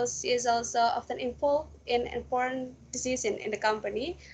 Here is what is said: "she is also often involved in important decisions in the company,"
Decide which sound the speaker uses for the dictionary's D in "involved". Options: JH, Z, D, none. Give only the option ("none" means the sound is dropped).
none